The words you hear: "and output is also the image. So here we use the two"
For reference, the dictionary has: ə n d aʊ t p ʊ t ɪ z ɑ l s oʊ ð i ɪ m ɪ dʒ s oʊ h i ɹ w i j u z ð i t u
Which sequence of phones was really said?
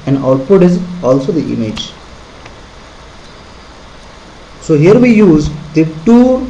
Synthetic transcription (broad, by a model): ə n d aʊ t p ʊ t ɪ z ɑ l s oʊ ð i ɪ m ɪ dʒ s oʊ h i ɹ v i j u z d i t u